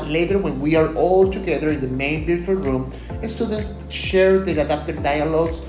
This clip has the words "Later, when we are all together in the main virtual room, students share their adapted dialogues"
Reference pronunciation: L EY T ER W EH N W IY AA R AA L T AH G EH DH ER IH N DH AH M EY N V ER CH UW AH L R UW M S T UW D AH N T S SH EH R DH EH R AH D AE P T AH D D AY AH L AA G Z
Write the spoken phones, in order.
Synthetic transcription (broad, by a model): L EY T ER W EH N W IY AA R AA L T AH G EH DH ER IH N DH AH M EY N B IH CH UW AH L R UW M S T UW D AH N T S SH EH R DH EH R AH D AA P T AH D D AY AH L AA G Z